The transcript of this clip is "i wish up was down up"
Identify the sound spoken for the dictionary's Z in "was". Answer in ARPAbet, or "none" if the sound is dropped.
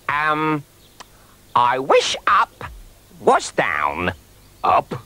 S